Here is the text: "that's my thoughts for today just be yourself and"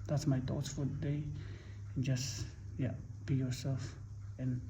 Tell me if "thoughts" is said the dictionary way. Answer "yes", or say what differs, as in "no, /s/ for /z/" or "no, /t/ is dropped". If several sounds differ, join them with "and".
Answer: no, /t/ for /θ/